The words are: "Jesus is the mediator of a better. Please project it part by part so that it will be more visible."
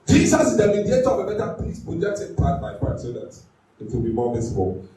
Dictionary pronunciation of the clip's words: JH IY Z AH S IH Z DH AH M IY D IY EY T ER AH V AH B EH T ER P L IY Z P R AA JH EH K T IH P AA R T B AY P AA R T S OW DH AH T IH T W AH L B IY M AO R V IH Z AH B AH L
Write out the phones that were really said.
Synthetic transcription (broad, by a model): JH IY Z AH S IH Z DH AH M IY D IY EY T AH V AH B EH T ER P IY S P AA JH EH T IH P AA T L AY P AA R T S OW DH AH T IH T W AH L B IY M AO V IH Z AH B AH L